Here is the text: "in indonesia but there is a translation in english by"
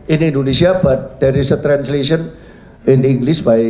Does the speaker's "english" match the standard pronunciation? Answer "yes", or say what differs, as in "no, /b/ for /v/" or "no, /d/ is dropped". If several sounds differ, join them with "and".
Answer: no, /s/ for /ʃ/